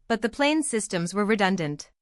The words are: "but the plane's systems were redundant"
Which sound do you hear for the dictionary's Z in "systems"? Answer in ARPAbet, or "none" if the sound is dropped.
Z